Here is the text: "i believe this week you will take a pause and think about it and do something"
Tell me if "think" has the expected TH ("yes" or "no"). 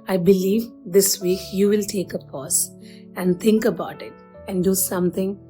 no